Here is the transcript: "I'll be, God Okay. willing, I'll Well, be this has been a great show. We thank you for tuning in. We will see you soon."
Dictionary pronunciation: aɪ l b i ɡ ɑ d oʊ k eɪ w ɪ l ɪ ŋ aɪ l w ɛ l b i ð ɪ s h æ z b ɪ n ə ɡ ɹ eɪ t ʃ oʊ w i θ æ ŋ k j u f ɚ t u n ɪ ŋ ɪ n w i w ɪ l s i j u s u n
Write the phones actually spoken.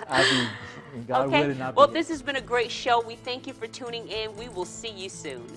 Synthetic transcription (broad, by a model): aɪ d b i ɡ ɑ oʊ ʊ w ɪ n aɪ w ɛ l ð ɪ s h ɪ z b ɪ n ə ɡ ɹ eɪ t ʃ oʊ w i θ æ ŋ k j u f ɚ t u n ɪ ŋ ɪ n w i w ɪ l s i j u s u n